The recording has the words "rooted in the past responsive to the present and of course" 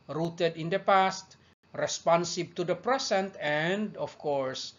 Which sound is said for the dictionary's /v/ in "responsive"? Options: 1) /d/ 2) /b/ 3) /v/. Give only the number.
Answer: 2